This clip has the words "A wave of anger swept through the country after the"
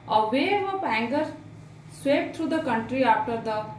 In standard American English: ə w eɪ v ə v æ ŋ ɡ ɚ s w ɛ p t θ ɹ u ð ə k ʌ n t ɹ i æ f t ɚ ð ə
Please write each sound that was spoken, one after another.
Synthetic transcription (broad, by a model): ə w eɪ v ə p æ ŋ ɡ ɚ s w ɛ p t ɹ u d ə k ʌ n t ɹ i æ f t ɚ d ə